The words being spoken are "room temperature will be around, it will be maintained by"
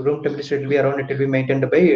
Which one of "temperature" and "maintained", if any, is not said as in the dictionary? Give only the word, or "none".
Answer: temperature